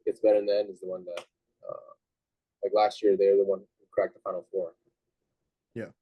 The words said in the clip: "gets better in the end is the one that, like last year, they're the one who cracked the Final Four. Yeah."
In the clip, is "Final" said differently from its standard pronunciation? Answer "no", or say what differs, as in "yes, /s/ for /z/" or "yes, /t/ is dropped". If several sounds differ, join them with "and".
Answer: yes, /n/ is dropped